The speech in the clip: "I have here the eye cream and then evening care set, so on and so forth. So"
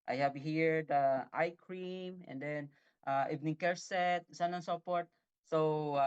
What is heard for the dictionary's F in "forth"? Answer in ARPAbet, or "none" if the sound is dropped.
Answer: P